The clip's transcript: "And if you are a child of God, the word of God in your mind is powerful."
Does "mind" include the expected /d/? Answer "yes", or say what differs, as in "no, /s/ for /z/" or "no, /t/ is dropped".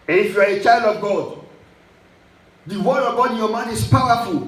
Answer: no, /d/ is dropped